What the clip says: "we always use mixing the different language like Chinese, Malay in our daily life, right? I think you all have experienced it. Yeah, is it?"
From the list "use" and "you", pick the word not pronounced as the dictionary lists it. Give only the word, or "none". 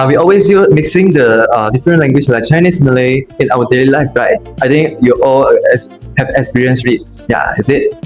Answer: use